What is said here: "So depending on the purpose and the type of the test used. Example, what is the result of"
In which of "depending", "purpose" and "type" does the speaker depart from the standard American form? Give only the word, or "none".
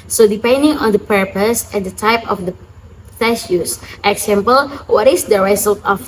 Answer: none